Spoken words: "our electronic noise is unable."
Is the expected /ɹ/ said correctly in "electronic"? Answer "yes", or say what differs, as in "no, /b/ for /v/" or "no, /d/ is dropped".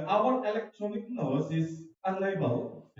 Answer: yes